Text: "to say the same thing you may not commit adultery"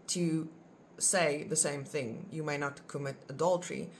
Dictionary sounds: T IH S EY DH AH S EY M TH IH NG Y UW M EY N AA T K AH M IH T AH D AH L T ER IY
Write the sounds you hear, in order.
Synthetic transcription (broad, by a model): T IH S EY DH AH S EY M TH IH NG Y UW M EY N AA T K AH M IH T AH D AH L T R IY